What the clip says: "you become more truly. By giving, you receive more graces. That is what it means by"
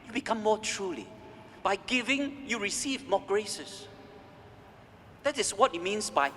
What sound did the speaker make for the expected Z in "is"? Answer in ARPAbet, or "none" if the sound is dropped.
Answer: S